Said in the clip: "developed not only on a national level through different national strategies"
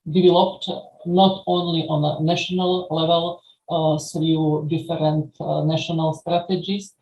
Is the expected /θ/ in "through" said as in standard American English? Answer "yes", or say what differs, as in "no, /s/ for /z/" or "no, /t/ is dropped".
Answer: no, /s/ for /θ/